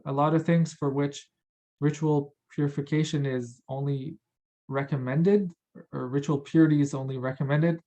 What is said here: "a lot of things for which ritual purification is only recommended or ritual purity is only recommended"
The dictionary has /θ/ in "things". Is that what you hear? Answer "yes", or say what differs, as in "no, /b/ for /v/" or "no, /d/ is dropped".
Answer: yes